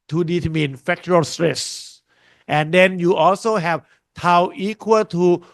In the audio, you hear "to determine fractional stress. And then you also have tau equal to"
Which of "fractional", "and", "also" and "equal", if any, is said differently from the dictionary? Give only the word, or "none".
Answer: fractional